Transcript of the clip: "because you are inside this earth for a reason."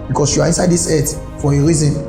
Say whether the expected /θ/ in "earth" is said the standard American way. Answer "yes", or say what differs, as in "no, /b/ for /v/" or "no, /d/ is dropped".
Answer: no, /t/ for /θ/